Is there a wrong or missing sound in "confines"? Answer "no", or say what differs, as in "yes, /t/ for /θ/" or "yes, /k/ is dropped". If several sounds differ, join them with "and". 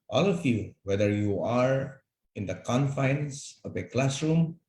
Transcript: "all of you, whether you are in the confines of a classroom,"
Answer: yes, /s/ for /z/